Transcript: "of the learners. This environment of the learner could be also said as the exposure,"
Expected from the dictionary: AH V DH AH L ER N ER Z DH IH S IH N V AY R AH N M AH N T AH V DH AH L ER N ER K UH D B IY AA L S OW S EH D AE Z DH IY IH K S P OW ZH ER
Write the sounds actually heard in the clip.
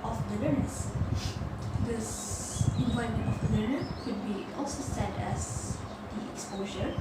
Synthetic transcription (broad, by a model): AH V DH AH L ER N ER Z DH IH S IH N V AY AH M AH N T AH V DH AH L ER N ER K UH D B IY AA L S OW S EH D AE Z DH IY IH K S P OW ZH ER